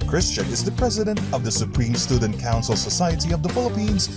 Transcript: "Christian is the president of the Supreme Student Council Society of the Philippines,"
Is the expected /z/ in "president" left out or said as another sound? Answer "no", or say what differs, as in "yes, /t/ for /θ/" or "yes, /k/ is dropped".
no